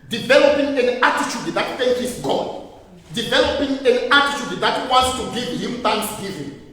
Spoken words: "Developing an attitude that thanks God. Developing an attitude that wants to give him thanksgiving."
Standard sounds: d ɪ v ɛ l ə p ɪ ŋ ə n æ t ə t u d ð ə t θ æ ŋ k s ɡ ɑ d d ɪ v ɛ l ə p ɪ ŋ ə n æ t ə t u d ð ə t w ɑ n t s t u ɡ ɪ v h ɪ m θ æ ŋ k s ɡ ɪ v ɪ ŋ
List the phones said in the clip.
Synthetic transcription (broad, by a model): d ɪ v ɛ l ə p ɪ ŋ ə n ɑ t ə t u d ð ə t f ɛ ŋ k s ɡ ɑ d d ɪ v ɛ l ə p ɪ ŋ ə n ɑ t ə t u d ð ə t w ɑ n t s t u ɡ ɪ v h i m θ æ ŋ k s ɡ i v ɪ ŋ